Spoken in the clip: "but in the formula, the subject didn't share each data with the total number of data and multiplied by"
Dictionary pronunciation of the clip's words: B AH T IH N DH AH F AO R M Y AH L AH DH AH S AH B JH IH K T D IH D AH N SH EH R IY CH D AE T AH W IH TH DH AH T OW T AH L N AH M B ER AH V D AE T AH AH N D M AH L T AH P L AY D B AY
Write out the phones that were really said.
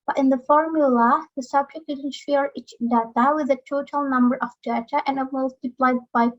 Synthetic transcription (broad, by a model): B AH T IH N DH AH F AO R M Y AH L AH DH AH S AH B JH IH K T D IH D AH N SH EH R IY CH D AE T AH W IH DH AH T OW T AH L N AH M B ER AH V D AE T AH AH N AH M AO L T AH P L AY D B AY